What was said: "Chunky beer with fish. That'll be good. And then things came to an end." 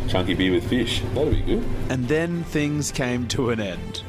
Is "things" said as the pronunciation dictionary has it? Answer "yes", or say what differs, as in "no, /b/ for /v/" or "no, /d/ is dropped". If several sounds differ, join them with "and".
yes